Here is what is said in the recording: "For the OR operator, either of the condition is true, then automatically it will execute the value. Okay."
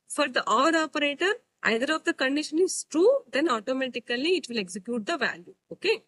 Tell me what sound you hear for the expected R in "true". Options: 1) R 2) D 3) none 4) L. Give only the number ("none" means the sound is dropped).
1